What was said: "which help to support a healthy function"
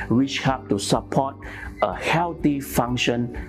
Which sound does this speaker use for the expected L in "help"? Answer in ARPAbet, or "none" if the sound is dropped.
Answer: none